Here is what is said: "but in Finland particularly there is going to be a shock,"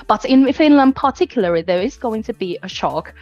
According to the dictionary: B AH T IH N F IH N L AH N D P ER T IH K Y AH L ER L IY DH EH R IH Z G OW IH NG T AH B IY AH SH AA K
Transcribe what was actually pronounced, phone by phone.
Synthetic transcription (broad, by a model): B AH T IH N F IH N L AH N D P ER T IH K Y L ER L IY DH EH R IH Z G OW IH NG T AH B IY AH SH AA K